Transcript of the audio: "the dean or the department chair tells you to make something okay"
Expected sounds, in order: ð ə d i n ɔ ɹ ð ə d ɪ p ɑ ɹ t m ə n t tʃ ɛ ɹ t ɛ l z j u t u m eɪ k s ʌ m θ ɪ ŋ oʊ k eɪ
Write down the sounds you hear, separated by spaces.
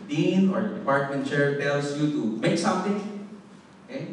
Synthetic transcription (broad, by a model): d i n ɔ ɹ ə d ɪ p ɑ ɹ t m ə n t tʃ ɛ ɹ t ɛ l s j u t u m eɪ k s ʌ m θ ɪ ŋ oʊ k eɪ